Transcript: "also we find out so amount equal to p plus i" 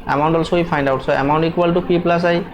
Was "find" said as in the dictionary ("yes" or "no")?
no